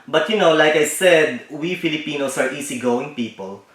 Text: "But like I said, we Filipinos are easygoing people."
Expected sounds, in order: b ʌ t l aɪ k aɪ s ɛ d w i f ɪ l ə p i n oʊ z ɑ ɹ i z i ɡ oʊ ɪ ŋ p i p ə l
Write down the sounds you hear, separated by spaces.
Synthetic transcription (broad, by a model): b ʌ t l aɪ k aɪ s ɛ d w i f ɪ l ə p i n oʊ s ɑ ɹ i s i ɡ oʊ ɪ ŋ p i p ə l